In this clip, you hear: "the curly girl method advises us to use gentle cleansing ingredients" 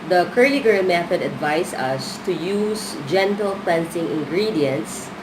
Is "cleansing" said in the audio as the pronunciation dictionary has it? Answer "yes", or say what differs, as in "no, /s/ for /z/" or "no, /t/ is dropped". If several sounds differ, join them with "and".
no, /s/ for /z/